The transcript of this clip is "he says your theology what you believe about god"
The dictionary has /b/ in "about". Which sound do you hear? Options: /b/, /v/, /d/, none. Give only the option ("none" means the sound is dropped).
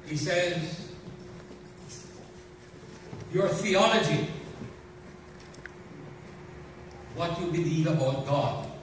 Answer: none